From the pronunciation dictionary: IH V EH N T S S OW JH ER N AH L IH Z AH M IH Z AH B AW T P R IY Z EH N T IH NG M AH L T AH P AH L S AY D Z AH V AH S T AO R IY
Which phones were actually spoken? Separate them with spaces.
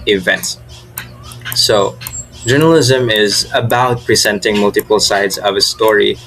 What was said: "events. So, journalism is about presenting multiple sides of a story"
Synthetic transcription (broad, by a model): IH V EH N T S S OW JH ER N AH L IH Z AH M IH Z AH B AW T P R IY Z EH N T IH NG M AH L T AH P AH L S AY D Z AH V AH S T AO R IY